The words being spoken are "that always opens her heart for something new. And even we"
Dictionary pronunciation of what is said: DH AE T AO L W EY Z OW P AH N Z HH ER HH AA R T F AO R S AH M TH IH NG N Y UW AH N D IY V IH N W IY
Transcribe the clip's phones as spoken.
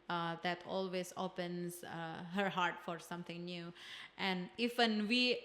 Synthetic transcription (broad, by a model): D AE T AO L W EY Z OW P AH N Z HH ER HH AA R T F AO R S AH M T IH NG N Y UW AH N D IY F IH N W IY